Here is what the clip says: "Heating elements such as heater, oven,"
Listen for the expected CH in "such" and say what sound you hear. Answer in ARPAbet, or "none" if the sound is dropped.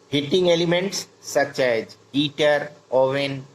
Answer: CH